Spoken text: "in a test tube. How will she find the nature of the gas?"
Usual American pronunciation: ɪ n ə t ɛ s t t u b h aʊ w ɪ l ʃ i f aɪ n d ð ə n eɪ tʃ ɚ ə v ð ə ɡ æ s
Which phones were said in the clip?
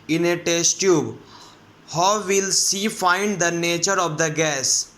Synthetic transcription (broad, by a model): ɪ n ə t ɛ s t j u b h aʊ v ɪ l s i f aɪ n d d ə n eɪ tʃ ɚ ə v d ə ɡ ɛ s